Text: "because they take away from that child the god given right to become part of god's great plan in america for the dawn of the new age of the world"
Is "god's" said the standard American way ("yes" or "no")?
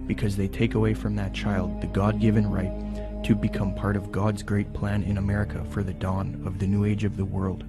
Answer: yes